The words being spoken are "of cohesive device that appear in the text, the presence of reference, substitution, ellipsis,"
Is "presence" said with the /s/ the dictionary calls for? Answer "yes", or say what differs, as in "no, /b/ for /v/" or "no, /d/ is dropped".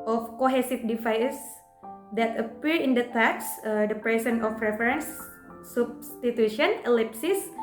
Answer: no, /s/ is dropped